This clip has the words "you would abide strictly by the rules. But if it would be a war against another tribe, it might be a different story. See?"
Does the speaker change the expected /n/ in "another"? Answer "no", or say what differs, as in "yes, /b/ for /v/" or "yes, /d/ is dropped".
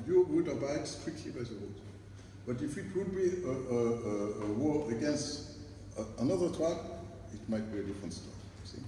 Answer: no